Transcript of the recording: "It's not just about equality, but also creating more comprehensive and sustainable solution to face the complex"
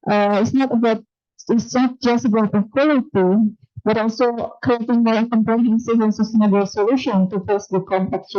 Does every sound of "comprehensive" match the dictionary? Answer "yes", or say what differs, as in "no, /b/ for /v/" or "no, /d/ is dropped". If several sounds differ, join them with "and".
no, /ɹ/ is dropped